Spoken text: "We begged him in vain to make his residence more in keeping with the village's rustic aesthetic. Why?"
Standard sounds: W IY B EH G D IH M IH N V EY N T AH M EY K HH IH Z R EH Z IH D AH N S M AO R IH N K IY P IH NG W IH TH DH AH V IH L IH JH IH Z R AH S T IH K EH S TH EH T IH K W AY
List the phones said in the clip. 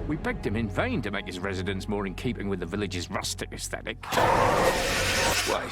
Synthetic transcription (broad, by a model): W IY B EH G D IH M IH N V EY N T AH M EY K HH IH Z R EH Z IH D AH N S M AO R IH N K IY P IH NG W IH DH AH V IH L IH JH IH Z R AH S T IH K EH S TH EH T IH K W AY